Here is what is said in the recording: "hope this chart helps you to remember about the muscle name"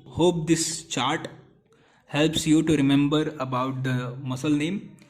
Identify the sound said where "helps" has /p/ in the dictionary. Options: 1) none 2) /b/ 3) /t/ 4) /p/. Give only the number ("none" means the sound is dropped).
4